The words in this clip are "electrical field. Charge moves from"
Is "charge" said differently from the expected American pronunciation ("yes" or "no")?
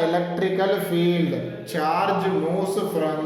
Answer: no